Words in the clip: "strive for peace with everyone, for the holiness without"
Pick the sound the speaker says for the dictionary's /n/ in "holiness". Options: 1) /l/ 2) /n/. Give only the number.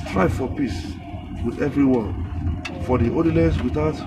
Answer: 1